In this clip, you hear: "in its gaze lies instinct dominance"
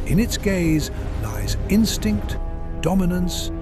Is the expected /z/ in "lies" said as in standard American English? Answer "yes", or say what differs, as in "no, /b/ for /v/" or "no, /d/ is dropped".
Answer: yes